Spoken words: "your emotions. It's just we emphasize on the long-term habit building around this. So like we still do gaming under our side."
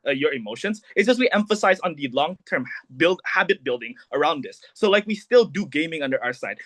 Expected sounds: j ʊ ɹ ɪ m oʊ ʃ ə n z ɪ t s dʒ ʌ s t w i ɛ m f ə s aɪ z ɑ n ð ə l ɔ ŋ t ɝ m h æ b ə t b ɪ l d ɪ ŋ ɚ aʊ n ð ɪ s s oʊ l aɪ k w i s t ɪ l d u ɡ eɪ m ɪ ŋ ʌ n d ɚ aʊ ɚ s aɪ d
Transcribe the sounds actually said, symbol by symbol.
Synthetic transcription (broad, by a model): j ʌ ɹ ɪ m oʊ ʃ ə n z ɪ t s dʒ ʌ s w i ɛ m f ə s aɪ z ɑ n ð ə l ɔ ŋ t ɝ m h æ b ə t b ɪ l d ɪ ŋ ɚ aʊ n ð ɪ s s oʊ l aɪ k w i s t ɪ l d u ɡ eɪ m ɪ ŋ ʌ n d ɚ aʊ ɚ s aɪ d